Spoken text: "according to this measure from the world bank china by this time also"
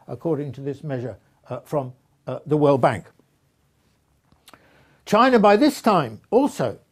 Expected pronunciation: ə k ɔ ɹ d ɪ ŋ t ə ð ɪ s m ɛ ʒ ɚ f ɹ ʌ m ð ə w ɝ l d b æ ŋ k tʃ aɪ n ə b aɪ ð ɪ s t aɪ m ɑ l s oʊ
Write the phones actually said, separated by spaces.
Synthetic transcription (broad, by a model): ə k ɔ ɹ d ɪ ŋ t ə ð ɪ s m ɛ ʒ ɚ f ɹ ʌ m ð ə w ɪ l b æ ŋ k tʃ aɪ n ə b aɪ ð ɪ s t aɪ m ɑ l s oʊ